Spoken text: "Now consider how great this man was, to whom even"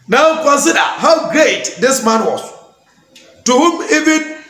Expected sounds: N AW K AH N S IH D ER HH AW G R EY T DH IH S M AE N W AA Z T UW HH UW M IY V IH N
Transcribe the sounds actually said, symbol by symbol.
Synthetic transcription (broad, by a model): N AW K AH N S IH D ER HH AW G R EY T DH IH S M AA N W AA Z T UW HH UW M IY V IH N